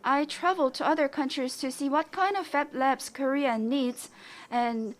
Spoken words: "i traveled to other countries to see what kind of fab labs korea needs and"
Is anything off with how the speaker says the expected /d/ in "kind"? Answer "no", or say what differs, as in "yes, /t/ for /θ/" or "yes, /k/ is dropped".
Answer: no